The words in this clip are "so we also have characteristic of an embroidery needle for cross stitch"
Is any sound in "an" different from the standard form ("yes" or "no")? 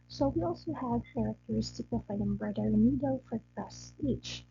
yes